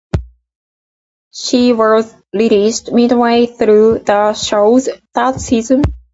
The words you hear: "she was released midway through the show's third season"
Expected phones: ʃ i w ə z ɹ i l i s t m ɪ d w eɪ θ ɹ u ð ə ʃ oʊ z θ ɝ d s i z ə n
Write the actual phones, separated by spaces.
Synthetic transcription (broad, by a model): ʃ i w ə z l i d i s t m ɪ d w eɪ θ ɹ u ð ə ʃ oʊ z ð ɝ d s i z ə n